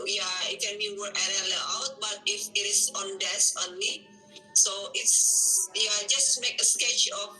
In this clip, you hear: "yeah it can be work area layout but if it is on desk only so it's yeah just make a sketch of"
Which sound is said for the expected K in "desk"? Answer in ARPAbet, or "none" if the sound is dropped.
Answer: none